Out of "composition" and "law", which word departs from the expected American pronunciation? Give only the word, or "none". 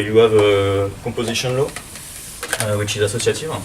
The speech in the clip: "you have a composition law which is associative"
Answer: composition